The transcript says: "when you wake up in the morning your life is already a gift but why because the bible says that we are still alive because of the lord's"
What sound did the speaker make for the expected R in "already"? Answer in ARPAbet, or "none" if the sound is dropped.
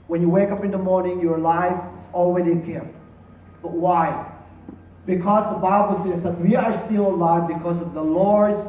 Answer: W